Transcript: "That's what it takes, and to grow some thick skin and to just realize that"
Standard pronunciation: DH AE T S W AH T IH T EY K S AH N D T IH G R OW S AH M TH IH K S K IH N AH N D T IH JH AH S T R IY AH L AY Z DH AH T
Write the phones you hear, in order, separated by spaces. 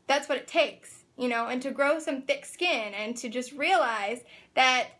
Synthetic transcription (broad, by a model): DH AE T S W AH T IH T EY K S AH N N T IH G R OW S AH M TH IH K S K IH N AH N T IH JH AH S T R IY AH L AY Z DH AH T